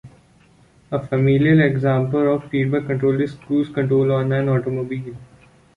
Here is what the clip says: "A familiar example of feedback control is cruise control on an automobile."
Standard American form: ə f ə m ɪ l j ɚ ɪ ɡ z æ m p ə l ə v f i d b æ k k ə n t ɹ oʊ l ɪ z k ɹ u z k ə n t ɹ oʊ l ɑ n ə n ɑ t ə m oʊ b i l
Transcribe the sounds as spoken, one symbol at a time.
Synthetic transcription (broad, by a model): ə f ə m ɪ l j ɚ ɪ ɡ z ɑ m p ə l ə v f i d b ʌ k k ə n t ɹ oʊ l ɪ s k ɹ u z k ə n t ɹ oʊ l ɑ n ə n ɑ t ə m oʊ b i l